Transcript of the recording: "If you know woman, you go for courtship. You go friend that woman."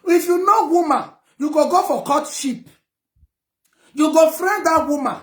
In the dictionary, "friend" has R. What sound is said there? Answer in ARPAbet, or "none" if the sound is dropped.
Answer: R